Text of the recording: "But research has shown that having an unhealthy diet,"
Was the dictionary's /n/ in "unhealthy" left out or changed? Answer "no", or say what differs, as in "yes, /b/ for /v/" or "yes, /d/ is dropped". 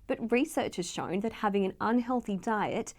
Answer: no